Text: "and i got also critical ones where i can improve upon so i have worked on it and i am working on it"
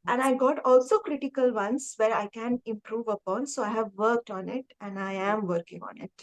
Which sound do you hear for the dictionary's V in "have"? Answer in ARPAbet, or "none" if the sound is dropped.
V